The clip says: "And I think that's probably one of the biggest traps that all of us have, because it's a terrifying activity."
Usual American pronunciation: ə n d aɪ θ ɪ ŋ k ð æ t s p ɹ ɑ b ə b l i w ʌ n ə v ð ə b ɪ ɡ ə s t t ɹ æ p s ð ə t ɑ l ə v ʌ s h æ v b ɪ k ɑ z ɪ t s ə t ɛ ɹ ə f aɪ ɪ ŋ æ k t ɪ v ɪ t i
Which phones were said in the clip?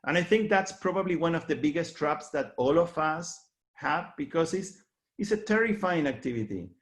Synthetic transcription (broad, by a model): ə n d aɪ θ ɪ ŋ k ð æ t s p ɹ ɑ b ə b l i w ʌ n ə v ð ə b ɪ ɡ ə s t t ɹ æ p s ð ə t ɑ l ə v ʌ s h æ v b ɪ k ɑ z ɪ s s ə t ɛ ɹ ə f aɪ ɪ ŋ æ k t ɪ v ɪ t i